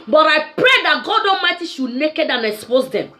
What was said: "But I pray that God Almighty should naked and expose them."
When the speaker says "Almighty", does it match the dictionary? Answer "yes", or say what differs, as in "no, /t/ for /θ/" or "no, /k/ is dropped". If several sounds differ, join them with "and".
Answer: no, /l/ is dropped